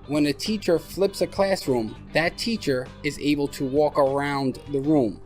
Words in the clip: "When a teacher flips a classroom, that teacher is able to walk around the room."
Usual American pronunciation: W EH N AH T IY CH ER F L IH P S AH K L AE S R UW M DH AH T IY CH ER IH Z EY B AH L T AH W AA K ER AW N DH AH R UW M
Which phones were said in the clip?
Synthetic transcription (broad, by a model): W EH N AH T IY CH ER F L IH P S AH K L AE S R UW M DH AH T IY CH ER IH Z EY B AH L T AH W AA K ER AW N DH AH R UW M